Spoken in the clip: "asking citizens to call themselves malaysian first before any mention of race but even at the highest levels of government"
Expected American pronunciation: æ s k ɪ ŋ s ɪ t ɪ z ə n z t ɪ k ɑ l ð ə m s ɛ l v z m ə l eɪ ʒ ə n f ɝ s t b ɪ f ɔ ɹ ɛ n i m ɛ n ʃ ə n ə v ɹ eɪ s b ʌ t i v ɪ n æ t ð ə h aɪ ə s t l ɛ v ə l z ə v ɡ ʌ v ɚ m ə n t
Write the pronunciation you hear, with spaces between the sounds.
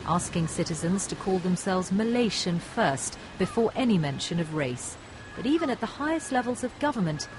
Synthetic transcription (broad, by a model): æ s k ɪ ŋ s ɪ t ɪ z ə n z t ɪ k ɑ l ð ə m s ɛ l v z m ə l eɪ ʃ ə n f ɝ s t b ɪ f ɔ ɹ ɛ n i m ɛ n ʃ ə n ə v ɹ eɪ s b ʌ t i v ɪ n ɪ t ð ə h aɪ ə s t l ɛ v ə l z ə v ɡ ʌ v ɚ m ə n t